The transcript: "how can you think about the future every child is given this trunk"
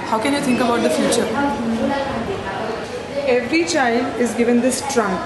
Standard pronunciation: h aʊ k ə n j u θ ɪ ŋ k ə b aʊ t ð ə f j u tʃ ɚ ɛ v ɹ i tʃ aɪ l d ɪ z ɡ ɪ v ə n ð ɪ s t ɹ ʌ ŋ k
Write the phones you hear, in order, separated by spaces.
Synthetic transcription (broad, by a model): h aʊ k ə n j u t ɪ ŋ k ə b aʊ t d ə f j u tʃ ɚ ɛ v ɹ i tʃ aɪ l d ɪ z ɡ ɪ v ə n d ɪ s t ɹ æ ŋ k